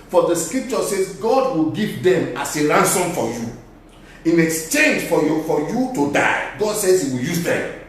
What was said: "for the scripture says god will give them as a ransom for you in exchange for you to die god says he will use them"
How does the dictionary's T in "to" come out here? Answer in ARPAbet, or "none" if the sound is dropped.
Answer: T